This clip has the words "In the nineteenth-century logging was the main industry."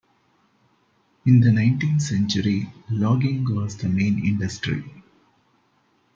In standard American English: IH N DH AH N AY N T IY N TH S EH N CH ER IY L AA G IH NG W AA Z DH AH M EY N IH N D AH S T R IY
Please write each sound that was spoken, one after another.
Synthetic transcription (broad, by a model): IH N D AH N AY N T IY N T S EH N CH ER IY L AA G IH NG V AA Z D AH M EY N IH N D AH S T R IY